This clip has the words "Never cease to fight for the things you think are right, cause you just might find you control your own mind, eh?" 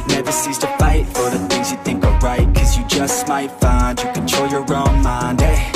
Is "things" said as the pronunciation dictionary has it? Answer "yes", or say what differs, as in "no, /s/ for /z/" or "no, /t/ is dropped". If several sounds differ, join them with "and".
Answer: yes